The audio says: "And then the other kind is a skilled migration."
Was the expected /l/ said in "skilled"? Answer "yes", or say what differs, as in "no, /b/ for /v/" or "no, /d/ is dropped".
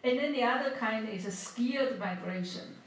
no, /l/ is dropped